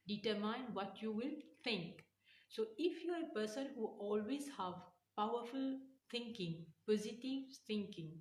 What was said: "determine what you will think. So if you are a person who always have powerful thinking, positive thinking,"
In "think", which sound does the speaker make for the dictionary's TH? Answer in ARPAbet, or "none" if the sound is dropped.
T